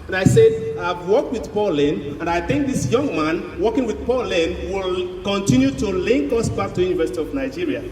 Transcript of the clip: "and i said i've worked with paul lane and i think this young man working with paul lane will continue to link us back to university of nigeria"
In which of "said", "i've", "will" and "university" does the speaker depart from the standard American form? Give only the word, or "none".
none